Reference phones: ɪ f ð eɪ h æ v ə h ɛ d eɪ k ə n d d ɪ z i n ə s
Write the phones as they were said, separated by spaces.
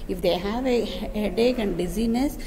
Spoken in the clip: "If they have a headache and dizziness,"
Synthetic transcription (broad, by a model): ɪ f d eɪ h æ v ə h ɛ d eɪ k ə n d d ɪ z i n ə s